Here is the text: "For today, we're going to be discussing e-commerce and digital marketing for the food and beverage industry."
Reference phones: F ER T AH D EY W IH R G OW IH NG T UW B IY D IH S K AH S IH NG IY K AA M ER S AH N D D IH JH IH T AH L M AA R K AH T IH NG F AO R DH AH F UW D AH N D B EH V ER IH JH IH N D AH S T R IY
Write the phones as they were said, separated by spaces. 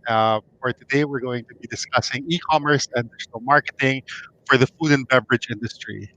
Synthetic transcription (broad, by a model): F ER T AH D EY W IH R G OW IH NG T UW B IY D IH S K AH S IH NG IY K AA M ER S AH N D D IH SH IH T L M AA R K AH T IH NG F AO R DH AH F UW D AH N B EH V ER IH JH IH N D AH S T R IY